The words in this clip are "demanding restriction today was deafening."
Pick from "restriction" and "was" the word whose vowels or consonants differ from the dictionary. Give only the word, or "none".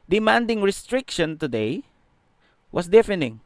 was